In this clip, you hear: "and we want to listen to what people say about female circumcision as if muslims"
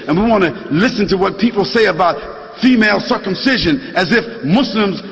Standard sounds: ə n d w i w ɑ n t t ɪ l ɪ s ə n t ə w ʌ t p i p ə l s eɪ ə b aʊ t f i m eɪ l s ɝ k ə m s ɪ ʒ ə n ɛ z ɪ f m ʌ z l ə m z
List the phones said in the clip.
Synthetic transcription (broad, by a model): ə n w i w ɑ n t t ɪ l ɪ s ə n t ə w ʌ t p i p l s eɪ ə b aʊ t f i m eɪ l s ɝ k ə m s ɪ ʒ ə n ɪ z ɪ f m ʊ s l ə m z